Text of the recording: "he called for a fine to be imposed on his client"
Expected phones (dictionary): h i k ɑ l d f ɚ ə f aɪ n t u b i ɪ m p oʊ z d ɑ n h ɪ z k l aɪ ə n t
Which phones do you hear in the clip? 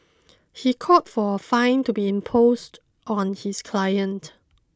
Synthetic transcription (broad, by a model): h i k ɑ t f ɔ ə f aɪ n t u b i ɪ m p oʊ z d ɑ n h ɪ s k l aɪ ə n t